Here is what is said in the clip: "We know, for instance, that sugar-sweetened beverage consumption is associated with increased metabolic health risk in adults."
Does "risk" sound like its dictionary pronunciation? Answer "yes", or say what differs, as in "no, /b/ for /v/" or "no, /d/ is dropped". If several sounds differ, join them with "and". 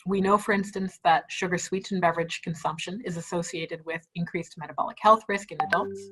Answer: yes